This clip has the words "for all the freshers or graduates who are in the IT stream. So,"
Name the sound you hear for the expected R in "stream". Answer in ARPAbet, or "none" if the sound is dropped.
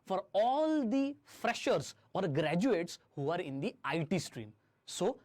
R